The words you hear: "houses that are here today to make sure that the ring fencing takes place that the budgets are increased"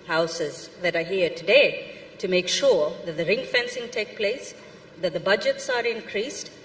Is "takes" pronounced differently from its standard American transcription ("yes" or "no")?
yes